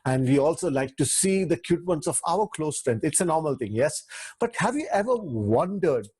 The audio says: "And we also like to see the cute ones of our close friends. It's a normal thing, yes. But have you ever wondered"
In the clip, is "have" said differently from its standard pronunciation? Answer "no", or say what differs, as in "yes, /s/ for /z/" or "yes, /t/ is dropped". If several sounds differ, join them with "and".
no